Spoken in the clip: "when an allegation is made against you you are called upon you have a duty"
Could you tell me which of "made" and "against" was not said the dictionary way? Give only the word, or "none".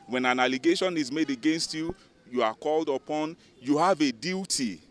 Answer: none